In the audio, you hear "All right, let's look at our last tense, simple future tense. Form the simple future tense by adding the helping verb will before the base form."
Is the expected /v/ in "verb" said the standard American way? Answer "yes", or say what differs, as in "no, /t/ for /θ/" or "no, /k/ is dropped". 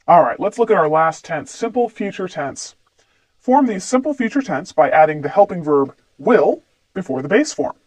yes